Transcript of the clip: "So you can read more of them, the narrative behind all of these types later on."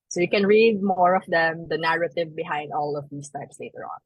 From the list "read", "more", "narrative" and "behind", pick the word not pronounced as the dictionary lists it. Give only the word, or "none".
none